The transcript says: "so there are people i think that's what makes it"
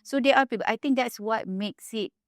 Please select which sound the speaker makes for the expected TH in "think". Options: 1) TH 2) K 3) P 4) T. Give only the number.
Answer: 4